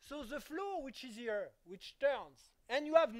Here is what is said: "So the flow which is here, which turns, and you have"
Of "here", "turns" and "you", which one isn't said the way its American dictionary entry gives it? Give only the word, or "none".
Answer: none